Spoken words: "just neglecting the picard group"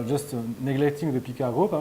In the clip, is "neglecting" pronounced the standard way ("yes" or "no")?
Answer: yes